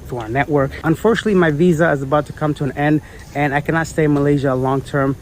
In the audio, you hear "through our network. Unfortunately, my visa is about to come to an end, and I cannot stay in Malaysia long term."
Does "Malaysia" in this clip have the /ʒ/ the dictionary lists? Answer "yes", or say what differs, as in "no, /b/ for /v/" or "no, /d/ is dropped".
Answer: yes